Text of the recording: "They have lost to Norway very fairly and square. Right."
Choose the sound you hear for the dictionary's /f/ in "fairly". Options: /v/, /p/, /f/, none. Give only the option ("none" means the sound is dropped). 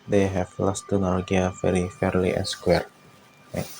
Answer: /f/